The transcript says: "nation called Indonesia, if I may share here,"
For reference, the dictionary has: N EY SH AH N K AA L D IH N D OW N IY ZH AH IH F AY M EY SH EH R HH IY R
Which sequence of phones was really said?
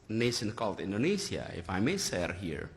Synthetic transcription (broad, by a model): N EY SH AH N K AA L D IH N D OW N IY S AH IH F AY M EY S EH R HH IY R